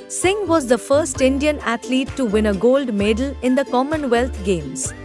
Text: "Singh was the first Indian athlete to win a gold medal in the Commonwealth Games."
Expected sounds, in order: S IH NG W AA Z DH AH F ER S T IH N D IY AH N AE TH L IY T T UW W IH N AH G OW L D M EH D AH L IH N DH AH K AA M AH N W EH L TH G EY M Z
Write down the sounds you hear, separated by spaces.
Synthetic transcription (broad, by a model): S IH NG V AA Z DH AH F ER S T IH N D IY AH N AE T L IY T T UW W IH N AH G OW L D M EH D AH L IH N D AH K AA M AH N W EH L T G EY M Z